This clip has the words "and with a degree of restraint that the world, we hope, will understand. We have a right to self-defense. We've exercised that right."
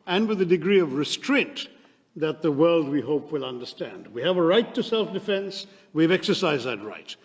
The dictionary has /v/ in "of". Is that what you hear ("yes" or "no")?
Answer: yes